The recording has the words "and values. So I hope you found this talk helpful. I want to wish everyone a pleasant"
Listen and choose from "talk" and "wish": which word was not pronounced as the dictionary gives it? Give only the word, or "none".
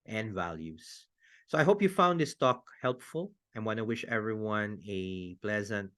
none